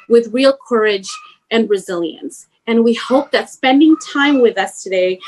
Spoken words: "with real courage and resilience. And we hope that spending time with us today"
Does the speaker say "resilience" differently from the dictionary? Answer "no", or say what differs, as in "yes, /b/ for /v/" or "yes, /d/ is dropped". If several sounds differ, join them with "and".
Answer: no